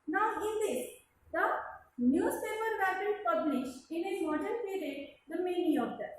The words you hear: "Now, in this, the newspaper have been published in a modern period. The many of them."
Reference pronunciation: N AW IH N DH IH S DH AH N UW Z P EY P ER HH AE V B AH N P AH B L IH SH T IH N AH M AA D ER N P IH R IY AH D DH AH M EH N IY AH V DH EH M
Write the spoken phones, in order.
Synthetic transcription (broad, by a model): N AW IH N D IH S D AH N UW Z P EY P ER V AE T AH L P AH B L IH SH T IH N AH M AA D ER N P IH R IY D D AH M EH N IY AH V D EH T